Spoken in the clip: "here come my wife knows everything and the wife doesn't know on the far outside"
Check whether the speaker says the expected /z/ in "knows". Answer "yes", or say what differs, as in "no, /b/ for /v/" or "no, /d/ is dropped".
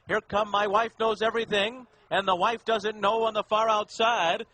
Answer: yes